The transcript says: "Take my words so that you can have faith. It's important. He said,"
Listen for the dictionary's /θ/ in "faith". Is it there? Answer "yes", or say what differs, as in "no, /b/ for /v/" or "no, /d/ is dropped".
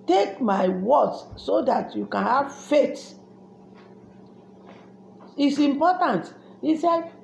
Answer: no, /t/ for /θ/